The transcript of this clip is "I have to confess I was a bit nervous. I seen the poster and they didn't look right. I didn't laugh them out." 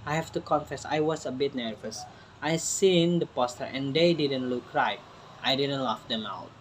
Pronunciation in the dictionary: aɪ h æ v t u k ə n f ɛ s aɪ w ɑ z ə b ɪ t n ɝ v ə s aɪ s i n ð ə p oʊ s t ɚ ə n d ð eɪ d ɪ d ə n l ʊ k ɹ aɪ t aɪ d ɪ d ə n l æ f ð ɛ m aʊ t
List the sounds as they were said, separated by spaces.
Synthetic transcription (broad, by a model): aɪ h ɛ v t u k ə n f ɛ s aɪ w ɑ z ə b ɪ t n ɝ v ə s aɪ s i n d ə p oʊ s t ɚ ə n d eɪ d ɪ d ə n l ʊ k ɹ aɪ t aɪ d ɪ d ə n l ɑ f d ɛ m aʊ t